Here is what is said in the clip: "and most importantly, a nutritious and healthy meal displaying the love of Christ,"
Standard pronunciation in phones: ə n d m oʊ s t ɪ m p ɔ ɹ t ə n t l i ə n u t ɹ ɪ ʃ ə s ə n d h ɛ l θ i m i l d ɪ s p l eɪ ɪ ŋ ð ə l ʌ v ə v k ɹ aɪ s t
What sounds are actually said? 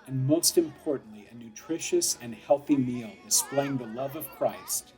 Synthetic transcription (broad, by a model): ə n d m oʊ s t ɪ m p ɔ ɹ t n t l i ə n u t ɹ ɪ ʃ ə s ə n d h ɛ l θ i m i l d ɪ s p l eɪ ɪ ŋ ð ə l ʌ v ə v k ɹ aɪ s t